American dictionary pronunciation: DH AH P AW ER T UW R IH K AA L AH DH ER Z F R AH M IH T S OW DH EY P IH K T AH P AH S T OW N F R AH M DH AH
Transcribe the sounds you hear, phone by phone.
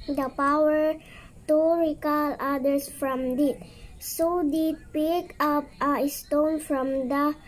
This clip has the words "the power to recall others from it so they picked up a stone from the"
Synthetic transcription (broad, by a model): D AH P AW ER T UW R IH K AA L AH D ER S F R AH M IH T S OW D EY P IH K AH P AH S T OW N F R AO M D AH